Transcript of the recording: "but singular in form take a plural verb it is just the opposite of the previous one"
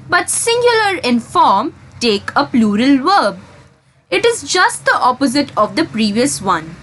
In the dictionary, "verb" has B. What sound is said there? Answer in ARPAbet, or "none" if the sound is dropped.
B